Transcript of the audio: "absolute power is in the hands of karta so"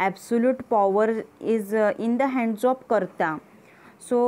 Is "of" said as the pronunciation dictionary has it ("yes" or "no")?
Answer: no